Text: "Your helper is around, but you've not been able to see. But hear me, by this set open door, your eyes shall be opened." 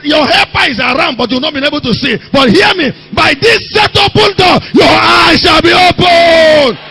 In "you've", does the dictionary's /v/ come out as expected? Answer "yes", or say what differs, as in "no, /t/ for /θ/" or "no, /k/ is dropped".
no, /w/ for /v/